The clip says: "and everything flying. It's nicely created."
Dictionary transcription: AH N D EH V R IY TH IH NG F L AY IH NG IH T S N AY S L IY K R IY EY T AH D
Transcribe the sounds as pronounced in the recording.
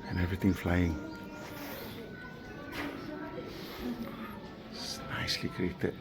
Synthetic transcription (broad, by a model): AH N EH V R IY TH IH NG F L AY IH NG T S N AY S L IY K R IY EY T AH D